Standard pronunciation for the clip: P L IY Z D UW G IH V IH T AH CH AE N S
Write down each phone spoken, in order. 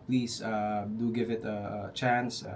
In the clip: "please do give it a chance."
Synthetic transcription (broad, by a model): P L IY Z D UW G IH V IH T AH CH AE N S